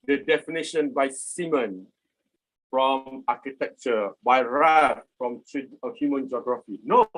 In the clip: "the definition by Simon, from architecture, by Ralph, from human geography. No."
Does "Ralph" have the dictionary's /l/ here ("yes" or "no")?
no